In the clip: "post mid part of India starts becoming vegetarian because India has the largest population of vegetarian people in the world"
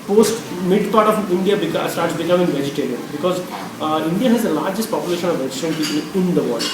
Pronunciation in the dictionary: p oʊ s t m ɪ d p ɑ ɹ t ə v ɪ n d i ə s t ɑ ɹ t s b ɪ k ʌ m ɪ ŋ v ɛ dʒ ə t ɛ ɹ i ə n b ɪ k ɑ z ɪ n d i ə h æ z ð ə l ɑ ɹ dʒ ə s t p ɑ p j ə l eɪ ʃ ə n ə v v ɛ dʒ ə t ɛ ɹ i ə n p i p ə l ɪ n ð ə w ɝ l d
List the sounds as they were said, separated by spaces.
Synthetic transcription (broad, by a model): p oʊ s t m ɪ d p ɑ ɹ t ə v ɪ n d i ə s t ɑ ɹ t s b ɪ k ʌ m ɪ ŋ v ɛ dʒ ə t ɛ ɹ i ə n b ɪ k ɑ z ɪ n d i ə h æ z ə l ɑ ɹ dʒ ə s t p ɑ p j ə l eɪ ʃ ə n ə v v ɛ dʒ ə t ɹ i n p i p ə l ɪ n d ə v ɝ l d